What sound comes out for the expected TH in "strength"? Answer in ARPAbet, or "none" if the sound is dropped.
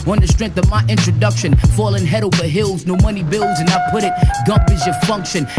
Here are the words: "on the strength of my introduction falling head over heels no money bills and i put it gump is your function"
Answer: TH